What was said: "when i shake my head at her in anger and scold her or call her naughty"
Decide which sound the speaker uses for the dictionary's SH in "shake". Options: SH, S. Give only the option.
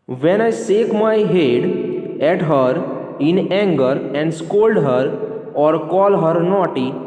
S